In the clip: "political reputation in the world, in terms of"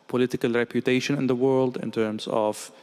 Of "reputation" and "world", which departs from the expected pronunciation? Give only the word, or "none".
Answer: none